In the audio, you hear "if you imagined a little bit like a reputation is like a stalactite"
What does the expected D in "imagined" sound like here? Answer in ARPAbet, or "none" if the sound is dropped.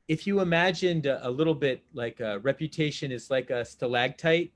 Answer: D